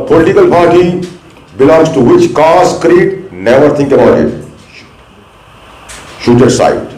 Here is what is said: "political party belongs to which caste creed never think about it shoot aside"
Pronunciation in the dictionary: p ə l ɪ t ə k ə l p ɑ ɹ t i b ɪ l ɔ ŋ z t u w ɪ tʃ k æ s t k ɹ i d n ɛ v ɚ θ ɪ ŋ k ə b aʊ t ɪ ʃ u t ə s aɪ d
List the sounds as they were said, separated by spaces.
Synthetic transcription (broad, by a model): p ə l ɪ t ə k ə l p ɑ ɹ t i b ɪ l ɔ ŋ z t u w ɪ tʃ k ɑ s k ɹ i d n ɛ v ɚ t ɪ ŋ k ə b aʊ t ɪ ʃ u t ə s aɪ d